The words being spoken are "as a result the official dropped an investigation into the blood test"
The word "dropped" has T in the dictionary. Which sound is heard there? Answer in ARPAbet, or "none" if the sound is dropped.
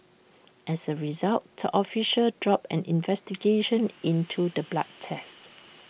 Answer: none